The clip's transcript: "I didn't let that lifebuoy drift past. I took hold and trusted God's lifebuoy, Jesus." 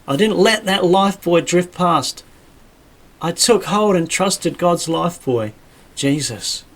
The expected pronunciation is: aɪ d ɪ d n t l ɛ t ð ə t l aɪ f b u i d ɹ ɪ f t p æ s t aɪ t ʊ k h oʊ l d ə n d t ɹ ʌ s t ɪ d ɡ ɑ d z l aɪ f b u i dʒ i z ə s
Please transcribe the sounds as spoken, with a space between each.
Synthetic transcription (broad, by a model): aɪ d ɪ d n t l ɛ t ð ə t l aɪ f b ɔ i d ɹ ɪ f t p æ s t aɪ t ʊ k h oʊ l d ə n t ɹ ʌ s t ɪ d ɡ ɑ d z l aɪ f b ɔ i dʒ i z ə s